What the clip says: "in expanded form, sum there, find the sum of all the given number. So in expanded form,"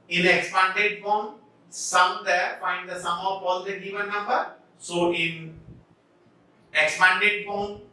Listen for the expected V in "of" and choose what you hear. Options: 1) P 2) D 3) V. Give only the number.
1